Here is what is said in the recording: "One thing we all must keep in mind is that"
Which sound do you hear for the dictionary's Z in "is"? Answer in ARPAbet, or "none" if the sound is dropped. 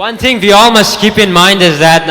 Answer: Z